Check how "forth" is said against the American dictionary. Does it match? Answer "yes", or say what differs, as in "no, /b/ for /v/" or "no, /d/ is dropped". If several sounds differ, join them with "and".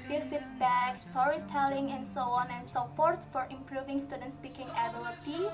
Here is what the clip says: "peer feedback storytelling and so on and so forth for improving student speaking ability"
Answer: no, /t/ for /θ/